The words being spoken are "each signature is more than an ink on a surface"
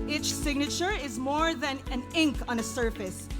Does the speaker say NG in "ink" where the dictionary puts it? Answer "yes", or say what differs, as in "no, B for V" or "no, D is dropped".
yes